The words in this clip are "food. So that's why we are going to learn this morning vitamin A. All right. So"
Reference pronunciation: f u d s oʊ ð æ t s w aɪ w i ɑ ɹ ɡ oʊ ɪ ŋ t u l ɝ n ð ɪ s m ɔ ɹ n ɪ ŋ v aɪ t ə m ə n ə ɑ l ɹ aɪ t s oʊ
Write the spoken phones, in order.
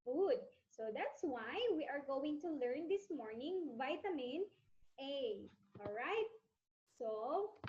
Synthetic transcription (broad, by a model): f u d s oʊ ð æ t s w aɪ w i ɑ ɹ ɡ oʊ ɪ ŋ t u l ɝ n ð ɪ s m ɔ ɹ n ɪ ŋ v aɪ t ə m ə n ə ɑ l ɹ aɪ t s oʊ